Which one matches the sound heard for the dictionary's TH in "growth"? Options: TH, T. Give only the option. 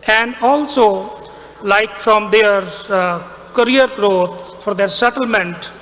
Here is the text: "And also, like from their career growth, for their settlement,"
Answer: T